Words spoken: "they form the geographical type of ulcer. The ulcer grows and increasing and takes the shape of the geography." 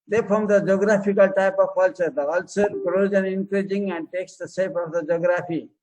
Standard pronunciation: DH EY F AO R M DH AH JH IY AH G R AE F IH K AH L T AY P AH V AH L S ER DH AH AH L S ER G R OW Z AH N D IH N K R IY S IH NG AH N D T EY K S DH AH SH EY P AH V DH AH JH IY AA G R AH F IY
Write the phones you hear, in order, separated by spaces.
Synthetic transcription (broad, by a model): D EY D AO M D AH JH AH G R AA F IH K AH L T AY P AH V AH L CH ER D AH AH L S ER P R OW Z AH N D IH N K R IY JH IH NG AH N D T EY K S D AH S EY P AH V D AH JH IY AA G R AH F IY